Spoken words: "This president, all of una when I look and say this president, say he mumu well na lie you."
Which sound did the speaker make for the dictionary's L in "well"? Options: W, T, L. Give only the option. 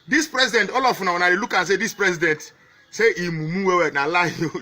W